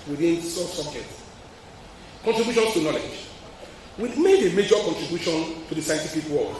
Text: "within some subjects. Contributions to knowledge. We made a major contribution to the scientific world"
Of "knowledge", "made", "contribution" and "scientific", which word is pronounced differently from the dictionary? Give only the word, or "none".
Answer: scientific